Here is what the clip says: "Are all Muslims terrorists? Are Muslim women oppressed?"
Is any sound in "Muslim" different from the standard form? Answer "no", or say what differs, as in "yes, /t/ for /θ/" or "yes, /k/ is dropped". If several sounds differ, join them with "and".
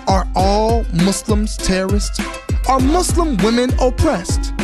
yes, /s/ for /z/